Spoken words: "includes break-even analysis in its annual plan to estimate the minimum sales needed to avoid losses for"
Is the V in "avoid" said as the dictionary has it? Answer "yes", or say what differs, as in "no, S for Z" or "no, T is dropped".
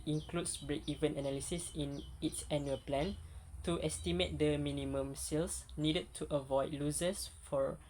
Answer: yes